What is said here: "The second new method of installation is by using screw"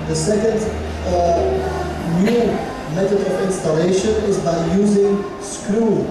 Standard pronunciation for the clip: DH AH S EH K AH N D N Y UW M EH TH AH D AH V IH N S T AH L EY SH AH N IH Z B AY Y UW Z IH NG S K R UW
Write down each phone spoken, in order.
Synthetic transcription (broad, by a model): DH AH S EH K AH N D N Y UW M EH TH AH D AH V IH N S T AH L EY SH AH N IH Z B AY Y UW Z IH NG S K R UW